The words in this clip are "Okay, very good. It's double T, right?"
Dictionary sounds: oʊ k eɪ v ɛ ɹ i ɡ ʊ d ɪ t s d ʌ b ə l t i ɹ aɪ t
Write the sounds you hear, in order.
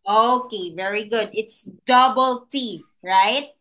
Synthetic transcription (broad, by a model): oʊ k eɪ v ɛ ɹ i ɡ ʊ d ɪ t s d ʌ b ə l t i ɹ aɪ t